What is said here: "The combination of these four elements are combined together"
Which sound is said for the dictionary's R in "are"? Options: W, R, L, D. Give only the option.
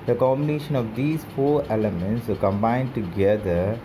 L